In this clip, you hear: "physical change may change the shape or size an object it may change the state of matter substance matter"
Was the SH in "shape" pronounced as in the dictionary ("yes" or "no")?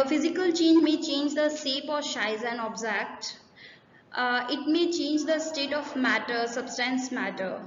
no